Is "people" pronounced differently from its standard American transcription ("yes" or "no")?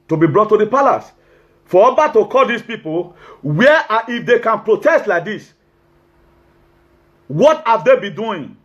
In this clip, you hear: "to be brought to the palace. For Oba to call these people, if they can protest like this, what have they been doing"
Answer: yes